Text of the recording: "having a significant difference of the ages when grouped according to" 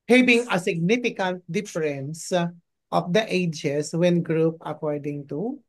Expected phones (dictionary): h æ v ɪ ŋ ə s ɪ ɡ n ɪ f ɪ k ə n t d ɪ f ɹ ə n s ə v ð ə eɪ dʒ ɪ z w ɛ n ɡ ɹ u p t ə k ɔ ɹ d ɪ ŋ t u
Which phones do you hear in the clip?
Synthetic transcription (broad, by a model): h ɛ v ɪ ŋ ə s ɪ ɡ n ɪ f ɪ k ə n t d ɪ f ɹ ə n s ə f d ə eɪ dʒ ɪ s w ɛ n ɡ ɹ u p ə k ɔ ɹ d ɪ ŋ t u